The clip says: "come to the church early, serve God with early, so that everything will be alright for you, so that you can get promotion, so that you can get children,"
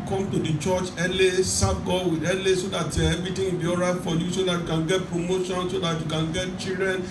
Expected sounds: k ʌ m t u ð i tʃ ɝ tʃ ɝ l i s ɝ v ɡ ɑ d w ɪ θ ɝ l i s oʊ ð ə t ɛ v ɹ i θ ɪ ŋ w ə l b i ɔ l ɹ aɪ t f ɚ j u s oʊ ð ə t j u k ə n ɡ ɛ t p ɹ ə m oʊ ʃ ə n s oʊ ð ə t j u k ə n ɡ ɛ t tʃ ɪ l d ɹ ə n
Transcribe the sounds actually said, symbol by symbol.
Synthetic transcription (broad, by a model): k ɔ m t u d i tʃ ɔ tʃ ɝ l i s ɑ b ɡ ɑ w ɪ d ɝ l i s oʊ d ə t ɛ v ɹ i t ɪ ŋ b i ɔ ɹ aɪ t f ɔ j u s oʊ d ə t j u k ə n ɡ ɛ t p ɹ ə m oʊ ʃ ə n s oʊ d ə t j u k ə n ɡ ɛ t tʃ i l d ɹ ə n